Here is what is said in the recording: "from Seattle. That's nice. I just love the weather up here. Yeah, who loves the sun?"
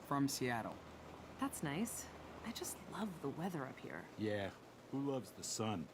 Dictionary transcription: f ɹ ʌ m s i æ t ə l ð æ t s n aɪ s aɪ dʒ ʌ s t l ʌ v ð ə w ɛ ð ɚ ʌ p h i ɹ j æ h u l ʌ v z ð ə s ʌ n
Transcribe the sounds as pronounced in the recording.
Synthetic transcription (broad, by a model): f ɹ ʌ m s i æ t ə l ð æ t s n aɪ s aɪ dʒ ʌ s t l ʌ v ð ə w ɛ ð ɚ ʌ p h i ɹ j æ h u l ʌ v z ð ə s ʌ n